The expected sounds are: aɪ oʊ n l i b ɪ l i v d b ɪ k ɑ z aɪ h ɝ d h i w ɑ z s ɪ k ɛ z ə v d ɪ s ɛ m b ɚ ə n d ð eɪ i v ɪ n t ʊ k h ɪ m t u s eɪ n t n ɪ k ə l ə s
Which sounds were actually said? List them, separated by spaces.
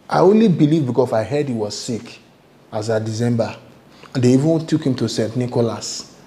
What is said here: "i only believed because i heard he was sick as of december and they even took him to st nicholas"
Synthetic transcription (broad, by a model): aɪ oʊ n l i b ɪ l i v b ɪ k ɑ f aɪ h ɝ d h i w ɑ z s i k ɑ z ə d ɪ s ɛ m b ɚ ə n d eɪ i v ɪ n t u k h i m t u s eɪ n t n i k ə l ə s